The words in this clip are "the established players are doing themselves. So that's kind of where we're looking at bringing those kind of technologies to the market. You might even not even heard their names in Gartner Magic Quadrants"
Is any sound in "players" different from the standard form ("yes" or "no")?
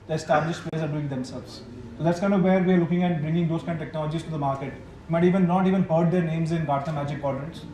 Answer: yes